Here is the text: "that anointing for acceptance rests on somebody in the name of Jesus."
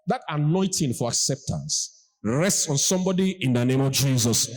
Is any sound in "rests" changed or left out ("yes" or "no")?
no